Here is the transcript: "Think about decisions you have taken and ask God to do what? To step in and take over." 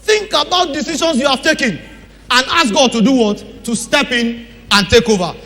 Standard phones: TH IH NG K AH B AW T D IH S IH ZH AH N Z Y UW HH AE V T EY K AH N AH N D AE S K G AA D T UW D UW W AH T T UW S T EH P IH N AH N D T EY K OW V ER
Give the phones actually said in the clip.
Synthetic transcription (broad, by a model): TH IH NG K AH B AW T D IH S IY SH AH N S Y UW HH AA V T EY K AH N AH N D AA S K G AA D T UW D UW W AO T T UW S T EH P IH N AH N T EY K OW V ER